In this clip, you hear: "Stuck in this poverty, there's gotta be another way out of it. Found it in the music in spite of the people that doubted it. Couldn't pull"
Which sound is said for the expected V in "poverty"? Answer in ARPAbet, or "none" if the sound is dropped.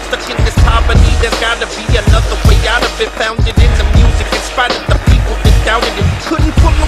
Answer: P